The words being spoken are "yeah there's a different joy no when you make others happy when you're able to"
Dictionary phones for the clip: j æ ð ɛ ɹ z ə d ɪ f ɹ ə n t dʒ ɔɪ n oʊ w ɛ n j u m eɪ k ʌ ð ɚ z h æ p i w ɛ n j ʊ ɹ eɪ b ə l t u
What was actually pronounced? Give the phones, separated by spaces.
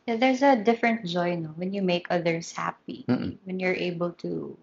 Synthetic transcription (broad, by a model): j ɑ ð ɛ ɹ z ə d ɪ f ɹ ə n t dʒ ɔɪ n oʊ w ɛ n j u m eɪ k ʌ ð ɚ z h æ p i w ɛ n j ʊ ɹ eɪ b ə l t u